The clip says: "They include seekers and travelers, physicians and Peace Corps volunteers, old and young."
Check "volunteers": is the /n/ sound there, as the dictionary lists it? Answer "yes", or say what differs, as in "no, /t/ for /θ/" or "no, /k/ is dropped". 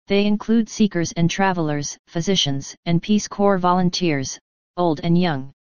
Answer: yes